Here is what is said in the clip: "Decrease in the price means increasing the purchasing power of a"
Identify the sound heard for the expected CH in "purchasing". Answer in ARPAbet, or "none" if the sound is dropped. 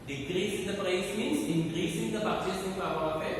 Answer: S